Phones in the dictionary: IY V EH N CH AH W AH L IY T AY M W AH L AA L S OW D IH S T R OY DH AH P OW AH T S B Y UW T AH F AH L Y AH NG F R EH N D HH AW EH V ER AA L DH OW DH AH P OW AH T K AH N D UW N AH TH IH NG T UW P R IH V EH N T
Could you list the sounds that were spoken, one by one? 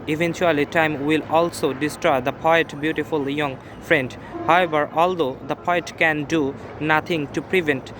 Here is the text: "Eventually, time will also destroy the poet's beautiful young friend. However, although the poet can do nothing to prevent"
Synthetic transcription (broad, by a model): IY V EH N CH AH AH L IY T AY M W AH L AA L S OW D IH S T R OY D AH P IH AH T B Y UW T AH F AH L Y AH NG F R EH N D HH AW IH B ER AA L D OW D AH P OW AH T K AH N D UW N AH T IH NG T UW P R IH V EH N T